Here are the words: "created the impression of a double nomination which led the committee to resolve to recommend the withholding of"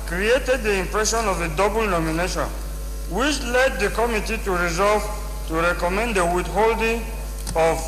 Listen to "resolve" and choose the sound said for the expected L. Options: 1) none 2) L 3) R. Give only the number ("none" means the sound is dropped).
2